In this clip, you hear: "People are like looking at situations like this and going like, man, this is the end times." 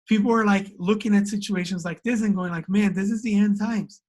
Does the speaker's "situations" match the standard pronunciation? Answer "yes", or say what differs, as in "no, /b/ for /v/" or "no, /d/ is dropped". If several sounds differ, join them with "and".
yes